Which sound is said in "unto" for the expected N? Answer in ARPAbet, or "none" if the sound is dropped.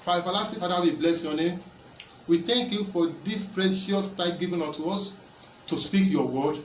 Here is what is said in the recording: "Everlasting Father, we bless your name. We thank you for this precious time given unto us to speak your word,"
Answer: none